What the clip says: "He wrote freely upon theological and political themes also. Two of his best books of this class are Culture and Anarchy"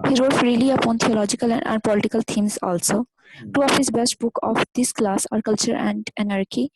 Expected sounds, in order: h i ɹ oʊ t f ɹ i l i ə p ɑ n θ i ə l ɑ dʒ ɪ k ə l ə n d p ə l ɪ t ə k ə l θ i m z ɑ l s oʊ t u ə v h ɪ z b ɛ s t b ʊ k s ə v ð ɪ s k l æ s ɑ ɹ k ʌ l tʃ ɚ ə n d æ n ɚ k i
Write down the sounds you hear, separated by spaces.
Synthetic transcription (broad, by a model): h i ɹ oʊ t f ɹ i l i ə p ɑ n t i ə l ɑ dʒ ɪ k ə l ə n d p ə l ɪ t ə k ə l t i m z ɑ l s oʊ t u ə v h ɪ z b ɛ s t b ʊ k ə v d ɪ s k l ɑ s ɑ ɹ k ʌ l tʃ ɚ ə n d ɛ n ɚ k i